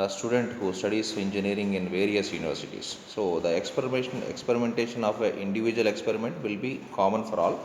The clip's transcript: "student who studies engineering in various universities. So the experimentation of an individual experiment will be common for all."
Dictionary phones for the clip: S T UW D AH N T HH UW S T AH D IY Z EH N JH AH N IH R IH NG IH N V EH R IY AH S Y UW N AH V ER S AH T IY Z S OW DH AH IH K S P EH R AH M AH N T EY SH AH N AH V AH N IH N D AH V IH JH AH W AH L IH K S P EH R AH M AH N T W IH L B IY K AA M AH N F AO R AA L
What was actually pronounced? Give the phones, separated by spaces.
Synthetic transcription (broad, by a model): S T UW D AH N T HH UW S T AH D IY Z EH N JH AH N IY R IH NG IH N V EH R IY AH S Y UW N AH V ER S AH T IY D S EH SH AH IH K S P EH R AH M AH N T EY SH AH N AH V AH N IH N D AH V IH JH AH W AH L IH K S P EH R AH M AH N T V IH L B IY K AA M AH N F AO R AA L